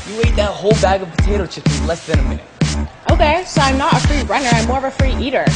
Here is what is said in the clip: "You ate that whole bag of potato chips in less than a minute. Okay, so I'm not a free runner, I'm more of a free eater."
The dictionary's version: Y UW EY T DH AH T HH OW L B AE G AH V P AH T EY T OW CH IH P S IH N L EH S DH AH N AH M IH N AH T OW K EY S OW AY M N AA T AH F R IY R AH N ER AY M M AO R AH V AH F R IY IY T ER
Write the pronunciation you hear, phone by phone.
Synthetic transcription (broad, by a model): Y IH EY T DH AH T HH OW L B AE G AH V P AH T EY T OW CH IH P IH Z L EH S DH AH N AH M IH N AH T OW K EY S OW AY M N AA T AH F R IY R AH N ER AY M M AO R AH V AH F R IY IY T ER